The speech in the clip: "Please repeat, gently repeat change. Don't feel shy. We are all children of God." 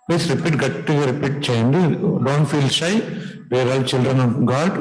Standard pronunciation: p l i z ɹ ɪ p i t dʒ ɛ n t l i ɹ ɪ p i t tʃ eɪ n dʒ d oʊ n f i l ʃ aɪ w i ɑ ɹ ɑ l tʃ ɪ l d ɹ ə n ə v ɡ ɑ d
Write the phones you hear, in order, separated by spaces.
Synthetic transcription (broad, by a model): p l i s ɹ ɪ p i t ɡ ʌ t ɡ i ɹ ɪ p i t tʃ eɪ n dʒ d oʊ n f i l ʃ aɪ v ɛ ɹ ɑ l tʃ ɪ l d ɹ ə n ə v ɡ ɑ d